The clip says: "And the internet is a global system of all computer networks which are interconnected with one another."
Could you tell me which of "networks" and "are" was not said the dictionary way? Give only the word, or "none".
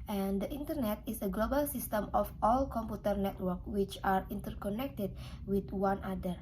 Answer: networks